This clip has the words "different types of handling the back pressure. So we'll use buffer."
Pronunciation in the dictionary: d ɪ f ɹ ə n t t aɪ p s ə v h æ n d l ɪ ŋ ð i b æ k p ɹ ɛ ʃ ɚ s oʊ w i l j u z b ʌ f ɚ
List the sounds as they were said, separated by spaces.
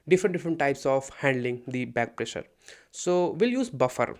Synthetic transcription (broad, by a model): d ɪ f ɹ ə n t t aɪ p s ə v h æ n d l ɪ ŋ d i b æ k p ɹ ɛ ʃ ɚ s oʊ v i l j u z b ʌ f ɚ